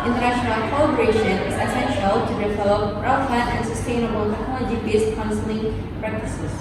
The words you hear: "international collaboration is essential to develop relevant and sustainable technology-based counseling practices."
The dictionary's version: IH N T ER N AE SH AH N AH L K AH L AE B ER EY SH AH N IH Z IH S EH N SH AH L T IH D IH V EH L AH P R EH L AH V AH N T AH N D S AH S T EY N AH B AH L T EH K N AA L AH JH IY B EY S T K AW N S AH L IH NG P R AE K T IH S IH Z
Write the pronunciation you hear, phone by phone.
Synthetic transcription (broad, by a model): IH N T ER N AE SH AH N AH L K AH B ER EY SH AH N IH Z IH S EH N SH AH L T IH D IH V EH L AH P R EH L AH F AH T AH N S AH S T EY N AH B AH L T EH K AA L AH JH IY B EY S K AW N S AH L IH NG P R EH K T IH S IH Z